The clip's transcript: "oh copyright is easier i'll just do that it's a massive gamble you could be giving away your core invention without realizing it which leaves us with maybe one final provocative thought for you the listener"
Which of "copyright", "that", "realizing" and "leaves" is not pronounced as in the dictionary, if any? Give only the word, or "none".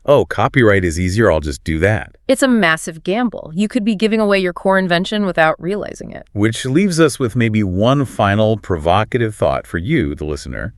none